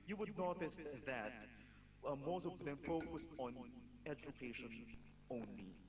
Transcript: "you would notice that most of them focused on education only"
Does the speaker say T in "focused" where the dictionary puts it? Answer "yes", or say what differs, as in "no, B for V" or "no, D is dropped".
yes